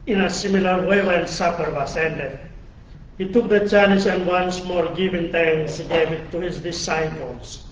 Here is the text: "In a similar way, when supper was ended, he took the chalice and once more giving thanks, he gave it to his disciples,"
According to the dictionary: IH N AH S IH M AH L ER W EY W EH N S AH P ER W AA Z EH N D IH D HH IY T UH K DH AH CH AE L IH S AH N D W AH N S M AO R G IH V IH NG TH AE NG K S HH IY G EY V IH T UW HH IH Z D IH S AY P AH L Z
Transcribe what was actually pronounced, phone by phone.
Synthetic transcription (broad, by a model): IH N AH S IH M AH L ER W EY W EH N S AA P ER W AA S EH N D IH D HH IY T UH K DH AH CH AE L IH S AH N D W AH N S M AO R G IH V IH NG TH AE NG S HH IY G EY V IH T UW HH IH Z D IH S AY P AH L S